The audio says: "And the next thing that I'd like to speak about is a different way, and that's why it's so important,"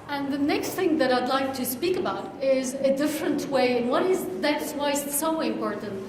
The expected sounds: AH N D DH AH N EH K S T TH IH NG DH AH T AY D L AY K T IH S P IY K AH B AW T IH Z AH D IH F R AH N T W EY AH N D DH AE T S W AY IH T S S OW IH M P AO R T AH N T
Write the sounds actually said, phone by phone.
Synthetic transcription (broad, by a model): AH N DH AH N EH K S T TH IH NG DH AH T AY D L AY K T IH S P IY K AH B AW T IH Z AH D IH F R AH N T W EY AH N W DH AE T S W AY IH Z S S OW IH M P AO R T N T